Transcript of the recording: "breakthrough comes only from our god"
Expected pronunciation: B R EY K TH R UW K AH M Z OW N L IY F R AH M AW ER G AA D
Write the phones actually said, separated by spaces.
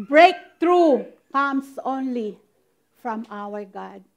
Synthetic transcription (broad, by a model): B R EY K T R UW K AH M S OW N L IY F R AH M AW ER G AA D